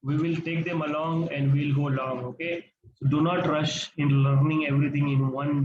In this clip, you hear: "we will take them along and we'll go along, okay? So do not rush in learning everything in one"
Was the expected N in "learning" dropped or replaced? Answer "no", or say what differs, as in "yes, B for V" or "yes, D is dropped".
no